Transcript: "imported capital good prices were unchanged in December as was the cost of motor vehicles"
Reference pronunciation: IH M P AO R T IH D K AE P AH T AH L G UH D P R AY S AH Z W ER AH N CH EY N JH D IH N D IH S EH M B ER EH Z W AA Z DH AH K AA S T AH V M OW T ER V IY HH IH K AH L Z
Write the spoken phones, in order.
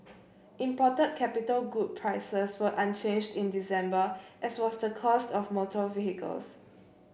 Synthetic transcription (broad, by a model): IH M P AO T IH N K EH P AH T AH L G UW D P R AY S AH S W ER AH N CH EY N JH D IH N D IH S EH M B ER EH S W AA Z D AH K AA S T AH F M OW T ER V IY HH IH K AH L S